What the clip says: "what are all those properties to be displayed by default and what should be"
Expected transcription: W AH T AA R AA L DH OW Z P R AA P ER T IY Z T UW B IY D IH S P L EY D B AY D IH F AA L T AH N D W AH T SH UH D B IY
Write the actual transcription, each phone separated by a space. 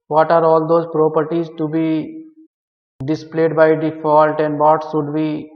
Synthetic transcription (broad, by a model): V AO T AA R AA L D OW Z P R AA P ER T IY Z T UW B IY D IH S P L EY D B AY D IH F AA L T AH N D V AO T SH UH D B IY